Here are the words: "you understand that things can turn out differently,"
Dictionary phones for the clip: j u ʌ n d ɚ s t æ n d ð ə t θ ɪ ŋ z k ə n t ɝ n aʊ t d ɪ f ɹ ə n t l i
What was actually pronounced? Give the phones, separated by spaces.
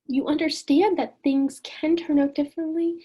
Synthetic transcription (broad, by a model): j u ʌ n d ɚ s t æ n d ð ə t θ ɪ ŋ z k ə n t ɝ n aʊ t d ɪ f ɹ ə n t l i